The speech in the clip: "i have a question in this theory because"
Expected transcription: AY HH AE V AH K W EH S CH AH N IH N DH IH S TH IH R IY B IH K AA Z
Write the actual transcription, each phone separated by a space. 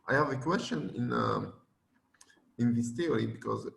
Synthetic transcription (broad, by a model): AY HH AE V AH K W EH S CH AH N IH N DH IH S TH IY R IY B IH K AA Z